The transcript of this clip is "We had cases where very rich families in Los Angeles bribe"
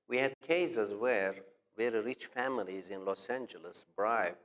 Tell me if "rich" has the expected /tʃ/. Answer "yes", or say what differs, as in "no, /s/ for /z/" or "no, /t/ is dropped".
yes